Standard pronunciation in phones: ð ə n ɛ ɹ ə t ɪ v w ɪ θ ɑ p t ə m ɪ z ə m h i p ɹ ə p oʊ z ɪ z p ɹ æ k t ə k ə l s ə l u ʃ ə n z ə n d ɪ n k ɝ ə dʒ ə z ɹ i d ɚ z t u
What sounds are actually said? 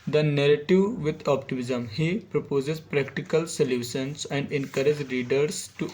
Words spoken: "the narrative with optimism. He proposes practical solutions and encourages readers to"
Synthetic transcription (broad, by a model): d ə n ɛ ɹ ə t ɪ v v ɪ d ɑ p t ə m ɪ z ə m h i p ɹ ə p oʊ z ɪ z p ɹ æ k t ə k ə l s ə l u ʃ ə n s ə n d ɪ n k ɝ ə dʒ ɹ i d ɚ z t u